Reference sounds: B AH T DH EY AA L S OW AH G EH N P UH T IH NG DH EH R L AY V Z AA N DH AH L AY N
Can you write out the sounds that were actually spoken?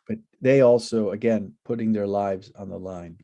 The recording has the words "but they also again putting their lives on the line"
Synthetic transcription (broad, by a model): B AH T DH EY AA L S OW AH G EH N P UH T IH NG DH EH R L AY V Z N DH AH L AY N